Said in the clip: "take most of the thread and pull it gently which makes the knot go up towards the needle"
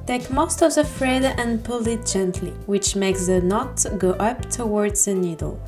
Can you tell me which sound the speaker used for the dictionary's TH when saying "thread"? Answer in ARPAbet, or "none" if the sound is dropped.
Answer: F